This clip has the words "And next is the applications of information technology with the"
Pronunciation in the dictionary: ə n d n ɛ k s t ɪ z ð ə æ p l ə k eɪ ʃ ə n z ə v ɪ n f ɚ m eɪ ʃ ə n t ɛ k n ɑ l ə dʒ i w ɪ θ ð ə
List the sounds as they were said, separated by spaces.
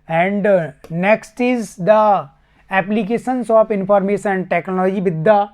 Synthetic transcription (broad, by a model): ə n d n ɛ k s t ɪ z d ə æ p l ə k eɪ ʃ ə n s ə p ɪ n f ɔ m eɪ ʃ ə n t ɛ k n ɑ l ə dʒ i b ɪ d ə